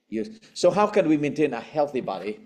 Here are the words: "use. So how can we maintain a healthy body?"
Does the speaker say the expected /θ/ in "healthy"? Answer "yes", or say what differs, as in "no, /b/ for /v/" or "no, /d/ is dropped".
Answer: yes